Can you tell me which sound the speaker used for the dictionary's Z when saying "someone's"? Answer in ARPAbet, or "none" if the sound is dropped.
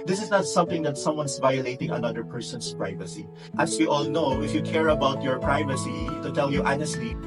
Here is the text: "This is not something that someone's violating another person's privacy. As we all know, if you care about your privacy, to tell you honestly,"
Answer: S